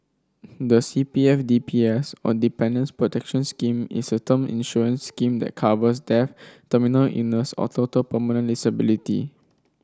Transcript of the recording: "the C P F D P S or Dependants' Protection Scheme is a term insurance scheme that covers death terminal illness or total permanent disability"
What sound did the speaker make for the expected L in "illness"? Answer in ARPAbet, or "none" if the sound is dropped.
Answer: none